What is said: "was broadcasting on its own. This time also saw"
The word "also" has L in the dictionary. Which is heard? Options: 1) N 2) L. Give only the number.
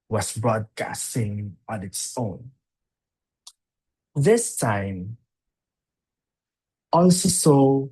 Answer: 1